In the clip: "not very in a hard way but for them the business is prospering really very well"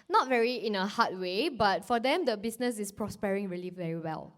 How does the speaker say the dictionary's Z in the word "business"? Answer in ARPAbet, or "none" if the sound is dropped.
S